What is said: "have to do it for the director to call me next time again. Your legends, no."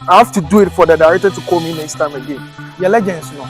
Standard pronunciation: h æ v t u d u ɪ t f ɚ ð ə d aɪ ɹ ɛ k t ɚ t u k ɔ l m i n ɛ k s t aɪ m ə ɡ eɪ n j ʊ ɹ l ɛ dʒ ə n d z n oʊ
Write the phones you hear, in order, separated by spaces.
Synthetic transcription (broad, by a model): h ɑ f t u d u ɪ t f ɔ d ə d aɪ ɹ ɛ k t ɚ t u k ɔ m i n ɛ s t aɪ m ə ɡ eɪ n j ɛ l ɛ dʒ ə n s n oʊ